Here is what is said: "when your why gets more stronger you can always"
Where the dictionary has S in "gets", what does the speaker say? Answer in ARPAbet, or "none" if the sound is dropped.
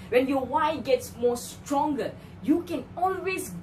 S